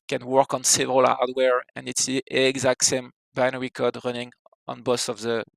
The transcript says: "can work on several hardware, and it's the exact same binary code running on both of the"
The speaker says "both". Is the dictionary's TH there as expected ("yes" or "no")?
no